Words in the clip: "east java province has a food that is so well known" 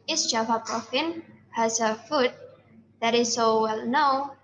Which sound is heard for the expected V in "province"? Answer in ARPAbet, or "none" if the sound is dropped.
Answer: F